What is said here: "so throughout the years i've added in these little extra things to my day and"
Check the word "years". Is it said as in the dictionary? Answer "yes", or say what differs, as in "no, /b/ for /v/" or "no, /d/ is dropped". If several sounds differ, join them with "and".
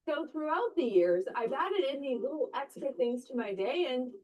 yes